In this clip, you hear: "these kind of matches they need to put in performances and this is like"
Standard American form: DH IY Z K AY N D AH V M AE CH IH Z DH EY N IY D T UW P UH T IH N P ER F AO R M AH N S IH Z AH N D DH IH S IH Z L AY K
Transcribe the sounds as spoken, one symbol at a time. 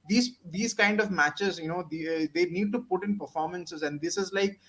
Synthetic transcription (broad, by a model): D IY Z K AY N D AH V M AE CH IH Z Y EY N IY D T UW P UH T IH N P ER F AO R M AH N S IH Z AH N D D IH S IH Z L AY K